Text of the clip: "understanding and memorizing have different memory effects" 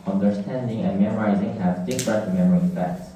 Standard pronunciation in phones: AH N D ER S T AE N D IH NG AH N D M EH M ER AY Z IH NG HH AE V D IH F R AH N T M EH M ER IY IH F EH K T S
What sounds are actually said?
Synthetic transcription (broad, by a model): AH N D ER S T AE N D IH NG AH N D M EH M ER AY Z IH NG HH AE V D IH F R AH T M EH M ER IY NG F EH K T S